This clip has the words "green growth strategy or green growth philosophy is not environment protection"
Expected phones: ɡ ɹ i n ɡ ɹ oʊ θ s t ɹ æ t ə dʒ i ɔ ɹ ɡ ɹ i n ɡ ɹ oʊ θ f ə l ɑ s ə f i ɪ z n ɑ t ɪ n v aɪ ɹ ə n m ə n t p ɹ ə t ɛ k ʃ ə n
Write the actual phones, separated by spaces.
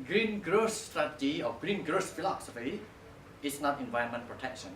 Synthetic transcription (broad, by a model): ɡ ɹ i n ɡ ɹ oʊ s t ɹ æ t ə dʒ i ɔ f ɡ ɹ i n ɡ ɹ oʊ s f ə l ɑ s ə f i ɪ s n ɑ t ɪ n v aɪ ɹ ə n m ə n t p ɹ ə t ɛ k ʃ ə n